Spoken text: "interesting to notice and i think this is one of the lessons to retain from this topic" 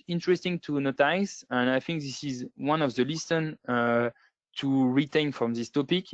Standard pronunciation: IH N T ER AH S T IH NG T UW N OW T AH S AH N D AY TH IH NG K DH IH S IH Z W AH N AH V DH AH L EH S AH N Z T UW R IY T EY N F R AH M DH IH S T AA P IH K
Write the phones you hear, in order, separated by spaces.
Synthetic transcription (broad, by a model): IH N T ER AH S T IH NG T UW N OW T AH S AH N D AY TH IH NG K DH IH S IH Z W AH N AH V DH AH L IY S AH N T UW R IY T EY N F R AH M DH IH S T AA P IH K